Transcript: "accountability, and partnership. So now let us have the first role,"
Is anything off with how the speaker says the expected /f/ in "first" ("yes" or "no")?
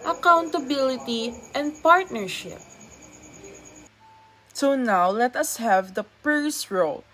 yes